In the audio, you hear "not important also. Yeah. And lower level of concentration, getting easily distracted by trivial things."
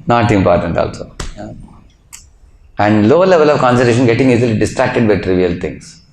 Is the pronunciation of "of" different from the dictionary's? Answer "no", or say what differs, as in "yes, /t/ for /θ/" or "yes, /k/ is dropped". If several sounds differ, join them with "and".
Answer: no